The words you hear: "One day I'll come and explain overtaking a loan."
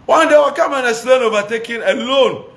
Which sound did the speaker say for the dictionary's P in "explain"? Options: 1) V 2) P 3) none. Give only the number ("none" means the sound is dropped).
3